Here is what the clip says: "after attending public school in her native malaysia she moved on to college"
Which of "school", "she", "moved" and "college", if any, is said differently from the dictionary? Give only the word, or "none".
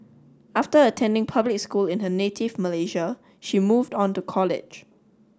none